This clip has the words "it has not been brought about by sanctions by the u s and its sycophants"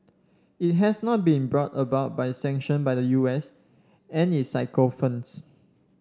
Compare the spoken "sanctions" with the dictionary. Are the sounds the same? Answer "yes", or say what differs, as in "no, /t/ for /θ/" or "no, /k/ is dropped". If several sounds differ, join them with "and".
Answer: no, /z/ is dropped